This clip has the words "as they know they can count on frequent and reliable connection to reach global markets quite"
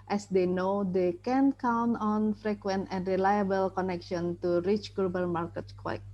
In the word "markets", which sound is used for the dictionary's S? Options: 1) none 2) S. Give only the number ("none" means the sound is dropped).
1